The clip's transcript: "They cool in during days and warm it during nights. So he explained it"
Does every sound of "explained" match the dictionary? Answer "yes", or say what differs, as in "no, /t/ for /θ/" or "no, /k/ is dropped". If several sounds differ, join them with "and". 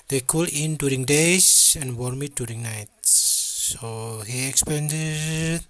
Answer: no, /l/ is dropped